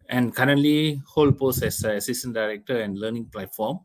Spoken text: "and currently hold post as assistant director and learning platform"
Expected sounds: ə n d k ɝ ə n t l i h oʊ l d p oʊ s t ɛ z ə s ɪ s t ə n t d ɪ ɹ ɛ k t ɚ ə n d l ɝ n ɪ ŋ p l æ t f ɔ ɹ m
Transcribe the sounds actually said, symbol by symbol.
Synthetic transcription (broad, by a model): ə n k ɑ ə n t l i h oʊ l p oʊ s ɛ s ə s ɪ s t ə n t d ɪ ɹ ɛ k t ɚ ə n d l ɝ n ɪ ŋ p l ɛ t f ɔ m